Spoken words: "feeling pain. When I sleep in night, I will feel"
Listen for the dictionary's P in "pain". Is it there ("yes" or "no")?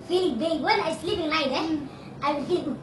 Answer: no